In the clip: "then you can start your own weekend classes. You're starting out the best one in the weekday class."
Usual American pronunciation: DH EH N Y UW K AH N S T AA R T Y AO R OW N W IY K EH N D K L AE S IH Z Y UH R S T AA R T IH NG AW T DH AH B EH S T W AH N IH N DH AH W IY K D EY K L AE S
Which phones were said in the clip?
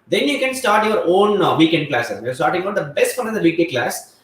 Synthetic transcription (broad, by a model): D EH N Y UW K AH N S T AA R T Y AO R OW N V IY K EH N D K L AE S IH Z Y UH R S T AA R T IH NG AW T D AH B EH S T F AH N IH N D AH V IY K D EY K L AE S